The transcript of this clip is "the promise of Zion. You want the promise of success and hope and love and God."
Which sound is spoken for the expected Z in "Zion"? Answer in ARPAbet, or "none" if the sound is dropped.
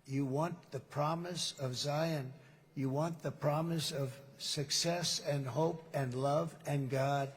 Z